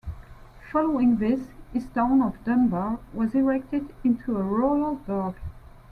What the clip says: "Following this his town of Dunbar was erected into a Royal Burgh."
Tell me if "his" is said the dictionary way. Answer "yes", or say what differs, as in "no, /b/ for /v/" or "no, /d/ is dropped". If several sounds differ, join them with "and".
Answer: no, /s/ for /z/